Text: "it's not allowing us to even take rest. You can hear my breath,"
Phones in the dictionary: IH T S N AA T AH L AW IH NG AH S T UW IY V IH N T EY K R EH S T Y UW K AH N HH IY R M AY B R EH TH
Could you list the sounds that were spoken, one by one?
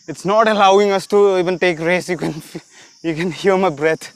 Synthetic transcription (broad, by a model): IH T S N AA T AH L AW IH NG AH S T UW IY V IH N T EY K R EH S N Y UW K AH N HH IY L M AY B R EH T